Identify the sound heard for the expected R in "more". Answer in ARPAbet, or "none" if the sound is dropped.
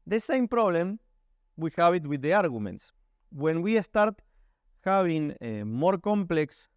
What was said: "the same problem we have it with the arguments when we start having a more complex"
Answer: R